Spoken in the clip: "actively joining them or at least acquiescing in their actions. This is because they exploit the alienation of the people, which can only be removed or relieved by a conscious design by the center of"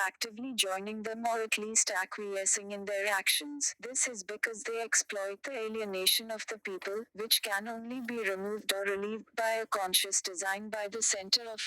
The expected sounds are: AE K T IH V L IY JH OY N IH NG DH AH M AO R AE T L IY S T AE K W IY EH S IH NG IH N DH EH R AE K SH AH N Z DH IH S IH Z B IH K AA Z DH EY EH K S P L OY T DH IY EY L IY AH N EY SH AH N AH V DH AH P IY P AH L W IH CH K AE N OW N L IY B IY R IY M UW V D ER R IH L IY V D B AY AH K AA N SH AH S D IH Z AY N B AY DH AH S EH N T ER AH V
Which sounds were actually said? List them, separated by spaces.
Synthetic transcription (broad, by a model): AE K T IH V L IY JH OY N IH NG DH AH M AO R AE T L IY S T AE K W IY EH S IH NG IH N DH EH R AE K SH AH N Z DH IH S IH Z B IH K AA Z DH EY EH K S P L OY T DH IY EY L IY AH N EY SH AH N AH V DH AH P IY P AH L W IH CH K AE N OW N L IY B IY R IY M UW V D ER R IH L IY V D B AY AH K AA N SH AH S D IH Z AY N B AY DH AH S EH N T ER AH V